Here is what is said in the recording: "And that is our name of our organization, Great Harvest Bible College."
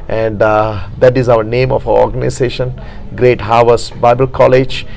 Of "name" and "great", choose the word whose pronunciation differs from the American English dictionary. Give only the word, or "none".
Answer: none